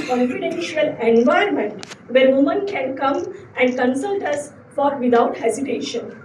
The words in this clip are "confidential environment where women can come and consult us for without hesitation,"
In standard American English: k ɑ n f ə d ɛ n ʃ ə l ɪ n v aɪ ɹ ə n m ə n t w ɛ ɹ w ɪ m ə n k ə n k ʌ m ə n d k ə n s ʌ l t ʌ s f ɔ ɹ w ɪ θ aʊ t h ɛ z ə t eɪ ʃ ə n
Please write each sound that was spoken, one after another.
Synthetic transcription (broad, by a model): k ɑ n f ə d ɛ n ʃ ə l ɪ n v aɪ ə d m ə n t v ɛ ɹ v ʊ m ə n k ə n k ʌ m ə n d k ə n s ʌ l t ʌ s f ɔ ɹ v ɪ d aʊ t h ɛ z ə t eɪ ʃ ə n